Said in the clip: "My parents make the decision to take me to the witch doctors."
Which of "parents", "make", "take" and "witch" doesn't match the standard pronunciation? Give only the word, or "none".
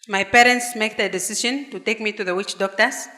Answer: none